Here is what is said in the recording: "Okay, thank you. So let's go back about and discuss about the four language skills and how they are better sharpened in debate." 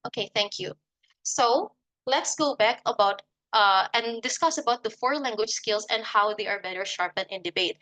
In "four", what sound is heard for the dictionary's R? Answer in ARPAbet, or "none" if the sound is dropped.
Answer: R